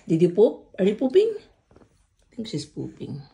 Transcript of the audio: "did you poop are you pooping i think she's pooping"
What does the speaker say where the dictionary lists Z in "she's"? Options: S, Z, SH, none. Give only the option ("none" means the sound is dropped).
S